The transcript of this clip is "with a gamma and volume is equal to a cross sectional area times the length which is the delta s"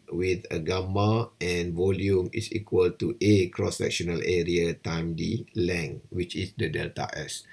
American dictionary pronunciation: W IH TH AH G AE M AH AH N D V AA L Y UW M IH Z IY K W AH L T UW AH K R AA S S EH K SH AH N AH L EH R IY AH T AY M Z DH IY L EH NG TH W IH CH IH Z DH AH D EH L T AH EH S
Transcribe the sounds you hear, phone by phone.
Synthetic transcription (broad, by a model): W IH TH AH G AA M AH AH N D V AA L Y UW M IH S IY K W AH L T UW AH K R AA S S EH K SH AH N AH L EH R IY AH T AY M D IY L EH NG W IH CH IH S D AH D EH L T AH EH S